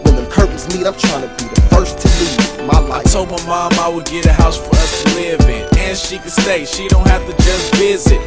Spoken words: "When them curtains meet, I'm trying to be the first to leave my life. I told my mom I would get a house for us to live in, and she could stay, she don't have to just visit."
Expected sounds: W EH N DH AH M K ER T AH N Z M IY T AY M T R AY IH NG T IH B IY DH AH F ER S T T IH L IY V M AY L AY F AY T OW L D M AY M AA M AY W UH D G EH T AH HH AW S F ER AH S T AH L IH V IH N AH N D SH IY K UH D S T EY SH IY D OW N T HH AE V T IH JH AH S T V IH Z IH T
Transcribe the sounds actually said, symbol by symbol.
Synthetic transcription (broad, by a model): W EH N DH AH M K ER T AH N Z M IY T AY M T R AY IH NG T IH B IY DH AH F ER S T T IH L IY M AY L AY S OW M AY M AA M AY W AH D G EH T AH HH AW S F ER AH S T AH L IH V IH N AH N SH IY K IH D S T EY SH IY D OW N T HH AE F T IH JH AH S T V IH Z IH T